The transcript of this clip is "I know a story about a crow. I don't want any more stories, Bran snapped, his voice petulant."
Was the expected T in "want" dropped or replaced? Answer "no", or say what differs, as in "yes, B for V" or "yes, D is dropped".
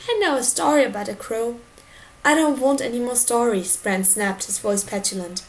no